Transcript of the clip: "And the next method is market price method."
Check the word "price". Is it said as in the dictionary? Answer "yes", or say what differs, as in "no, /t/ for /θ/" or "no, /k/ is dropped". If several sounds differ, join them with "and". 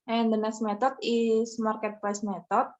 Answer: no, /l/ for /ɹ/